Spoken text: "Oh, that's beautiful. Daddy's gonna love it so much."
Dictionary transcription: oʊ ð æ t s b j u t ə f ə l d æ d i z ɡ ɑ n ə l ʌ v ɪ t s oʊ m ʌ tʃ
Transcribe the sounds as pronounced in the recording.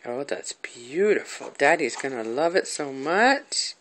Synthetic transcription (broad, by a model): oʊ ð æ t s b j u t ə f l d æ d i z ɡ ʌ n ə l ʌ v ɪ t s oʊ m ʌ tʃ